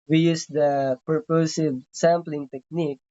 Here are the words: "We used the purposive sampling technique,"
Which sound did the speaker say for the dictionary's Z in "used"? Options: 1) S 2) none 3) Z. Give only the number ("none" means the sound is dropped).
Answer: 1